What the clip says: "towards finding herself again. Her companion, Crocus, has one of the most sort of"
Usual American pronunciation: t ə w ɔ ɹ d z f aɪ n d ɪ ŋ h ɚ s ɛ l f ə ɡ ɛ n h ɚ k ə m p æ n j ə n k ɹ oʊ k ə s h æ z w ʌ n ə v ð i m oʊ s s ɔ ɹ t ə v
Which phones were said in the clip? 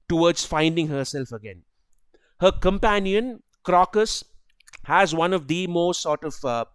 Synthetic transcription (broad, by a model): t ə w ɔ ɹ d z f aɪ n d ɪ ŋ h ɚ s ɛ l f ə ɡ ɛ n h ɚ k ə m p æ n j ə n k ɹ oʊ k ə s h æ z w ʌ n ə v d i m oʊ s s ɔ ɹ t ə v